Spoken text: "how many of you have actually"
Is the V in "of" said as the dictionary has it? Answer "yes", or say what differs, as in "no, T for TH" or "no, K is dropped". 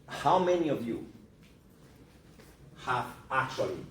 yes